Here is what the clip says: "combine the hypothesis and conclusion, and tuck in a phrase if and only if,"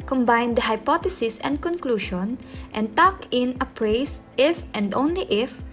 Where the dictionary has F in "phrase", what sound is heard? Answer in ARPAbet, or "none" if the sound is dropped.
P